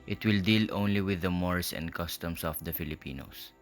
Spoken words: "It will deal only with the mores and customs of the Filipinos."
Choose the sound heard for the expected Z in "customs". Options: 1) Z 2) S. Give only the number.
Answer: 2